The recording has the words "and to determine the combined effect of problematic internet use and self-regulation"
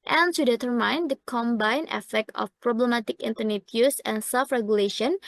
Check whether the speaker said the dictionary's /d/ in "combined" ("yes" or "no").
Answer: no